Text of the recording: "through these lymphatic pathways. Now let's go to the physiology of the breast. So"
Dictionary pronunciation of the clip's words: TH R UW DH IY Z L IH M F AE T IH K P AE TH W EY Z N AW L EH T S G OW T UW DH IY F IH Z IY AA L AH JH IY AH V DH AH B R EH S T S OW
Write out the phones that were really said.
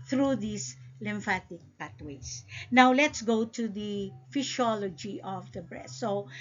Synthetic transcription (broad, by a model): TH R UW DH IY S L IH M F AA T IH K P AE T W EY S N AW L EH T S G OW T UW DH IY F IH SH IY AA L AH JH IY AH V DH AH B R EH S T S OW